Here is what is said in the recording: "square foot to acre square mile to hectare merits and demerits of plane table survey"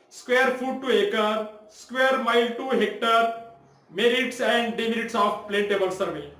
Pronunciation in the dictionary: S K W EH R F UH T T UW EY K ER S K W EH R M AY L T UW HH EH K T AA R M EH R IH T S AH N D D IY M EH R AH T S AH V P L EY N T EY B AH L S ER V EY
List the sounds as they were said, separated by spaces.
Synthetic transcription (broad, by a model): S K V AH R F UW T T UW EY K ER S K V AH R M AY L T UW HH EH K T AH R M EH R IH T S AH N D D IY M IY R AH T S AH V P L EY N T EY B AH L S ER V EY